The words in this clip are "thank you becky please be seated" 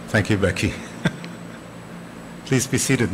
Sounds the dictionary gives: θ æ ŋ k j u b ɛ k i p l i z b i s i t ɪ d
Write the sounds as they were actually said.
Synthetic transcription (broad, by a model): θ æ ŋ k j u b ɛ k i p l i z b i s i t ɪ d